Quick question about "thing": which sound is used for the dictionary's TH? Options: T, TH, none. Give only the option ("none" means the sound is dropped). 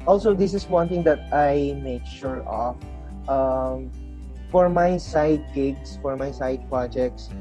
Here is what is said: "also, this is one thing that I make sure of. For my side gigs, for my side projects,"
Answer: T